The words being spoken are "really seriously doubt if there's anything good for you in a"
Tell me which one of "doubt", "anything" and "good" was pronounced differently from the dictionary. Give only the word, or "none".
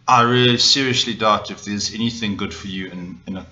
none